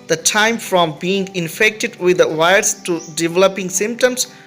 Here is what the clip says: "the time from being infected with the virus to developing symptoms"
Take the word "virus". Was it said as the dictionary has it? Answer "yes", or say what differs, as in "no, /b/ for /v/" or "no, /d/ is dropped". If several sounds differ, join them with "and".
no, /ɹ/ is dropped